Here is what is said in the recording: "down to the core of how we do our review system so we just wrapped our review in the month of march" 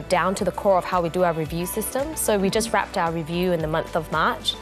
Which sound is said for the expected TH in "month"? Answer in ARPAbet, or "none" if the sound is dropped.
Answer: TH